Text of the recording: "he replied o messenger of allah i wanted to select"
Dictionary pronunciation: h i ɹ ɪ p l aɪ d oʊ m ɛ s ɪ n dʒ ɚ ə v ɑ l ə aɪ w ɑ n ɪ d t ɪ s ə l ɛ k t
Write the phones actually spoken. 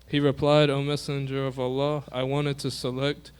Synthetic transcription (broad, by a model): h i ɹ ɪ p l aɪ d oʊ m ɛ s ɪ n dʒ ɚ ə v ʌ l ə aɪ w ɑ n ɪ d t ɪ s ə l ɛ k t